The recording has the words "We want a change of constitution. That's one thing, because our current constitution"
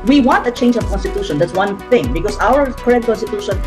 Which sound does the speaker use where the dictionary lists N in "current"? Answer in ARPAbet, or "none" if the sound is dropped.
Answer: none